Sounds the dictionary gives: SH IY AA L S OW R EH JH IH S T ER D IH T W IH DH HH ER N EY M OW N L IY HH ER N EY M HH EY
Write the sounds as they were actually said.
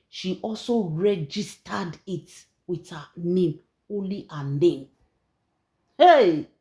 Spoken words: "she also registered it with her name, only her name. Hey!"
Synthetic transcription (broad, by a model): SH IY AA L S OW R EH JH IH S T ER D IH T W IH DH HH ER N EY M OW N L IY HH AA N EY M HH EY